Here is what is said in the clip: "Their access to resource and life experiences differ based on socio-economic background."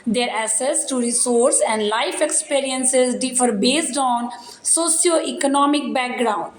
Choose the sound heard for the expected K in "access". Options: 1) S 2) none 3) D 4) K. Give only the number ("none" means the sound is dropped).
2